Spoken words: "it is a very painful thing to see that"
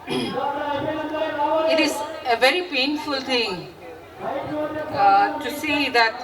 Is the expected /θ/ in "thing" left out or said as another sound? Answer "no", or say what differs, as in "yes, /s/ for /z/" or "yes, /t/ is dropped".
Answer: yes, /t/ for /θ/